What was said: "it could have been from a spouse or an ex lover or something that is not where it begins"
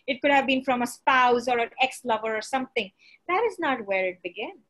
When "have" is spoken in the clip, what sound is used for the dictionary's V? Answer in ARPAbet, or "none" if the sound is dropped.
V